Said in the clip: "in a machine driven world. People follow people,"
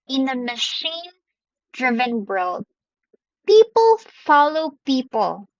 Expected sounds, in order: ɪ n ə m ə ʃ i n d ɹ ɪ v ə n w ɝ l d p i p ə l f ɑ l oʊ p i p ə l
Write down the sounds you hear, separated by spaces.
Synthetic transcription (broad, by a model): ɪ n ə m ə ʃ i n d ɹ ɪ v ə n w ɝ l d p i p ə l f ɑ l oʊ p i p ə l